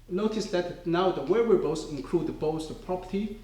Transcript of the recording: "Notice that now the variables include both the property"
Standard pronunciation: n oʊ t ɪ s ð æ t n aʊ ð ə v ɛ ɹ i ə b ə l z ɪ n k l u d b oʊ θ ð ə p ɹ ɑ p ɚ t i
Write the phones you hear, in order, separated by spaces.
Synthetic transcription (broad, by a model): n oʊ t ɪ s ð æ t n aʊ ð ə w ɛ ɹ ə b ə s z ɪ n k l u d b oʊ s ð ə p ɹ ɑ p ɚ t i